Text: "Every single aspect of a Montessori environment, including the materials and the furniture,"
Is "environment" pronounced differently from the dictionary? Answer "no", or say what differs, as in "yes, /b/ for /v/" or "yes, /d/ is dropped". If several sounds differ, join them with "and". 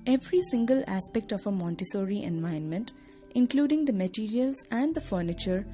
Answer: yes, /ɹ/ is dropped